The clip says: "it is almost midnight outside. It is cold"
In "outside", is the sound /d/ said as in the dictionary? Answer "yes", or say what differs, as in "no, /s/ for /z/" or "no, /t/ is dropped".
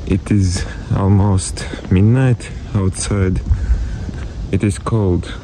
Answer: yes